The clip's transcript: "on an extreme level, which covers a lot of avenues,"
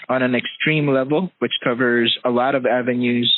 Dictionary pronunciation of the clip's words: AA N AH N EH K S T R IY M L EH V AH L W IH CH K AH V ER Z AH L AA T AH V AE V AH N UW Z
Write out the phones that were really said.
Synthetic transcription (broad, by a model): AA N AH N EH K S T R IY M L EH V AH L W IH CH K AH V ER Z AH L AA T AH V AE V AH N UW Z